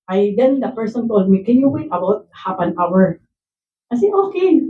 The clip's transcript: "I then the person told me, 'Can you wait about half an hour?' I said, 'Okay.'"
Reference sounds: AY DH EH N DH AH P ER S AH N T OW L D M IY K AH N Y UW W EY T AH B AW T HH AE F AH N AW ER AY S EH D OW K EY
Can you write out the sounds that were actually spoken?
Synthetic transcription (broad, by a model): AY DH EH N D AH P ER S AH N T OW L D M IY K AH N Y UW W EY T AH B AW T HH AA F AH N AW ER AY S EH OW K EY